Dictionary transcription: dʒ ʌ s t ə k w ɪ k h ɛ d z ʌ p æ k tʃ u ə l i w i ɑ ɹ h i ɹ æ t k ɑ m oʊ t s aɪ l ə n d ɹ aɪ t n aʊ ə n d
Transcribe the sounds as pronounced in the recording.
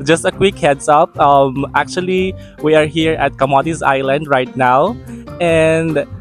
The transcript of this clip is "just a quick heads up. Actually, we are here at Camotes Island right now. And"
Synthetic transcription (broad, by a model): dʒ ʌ s t ə k w ɪ k h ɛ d s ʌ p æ k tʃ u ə l i w i ɑ ɹ h i ɹ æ t k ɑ m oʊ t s aɪ l ə n d ɹ aɪ t n aʊ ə n d